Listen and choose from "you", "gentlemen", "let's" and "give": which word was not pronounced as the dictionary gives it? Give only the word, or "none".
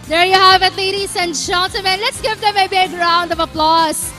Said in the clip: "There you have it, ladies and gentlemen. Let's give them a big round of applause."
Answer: gentlemen